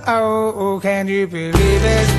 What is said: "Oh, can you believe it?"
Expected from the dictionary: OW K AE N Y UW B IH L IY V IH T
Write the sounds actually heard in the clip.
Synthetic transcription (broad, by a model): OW K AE N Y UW B IH L IY V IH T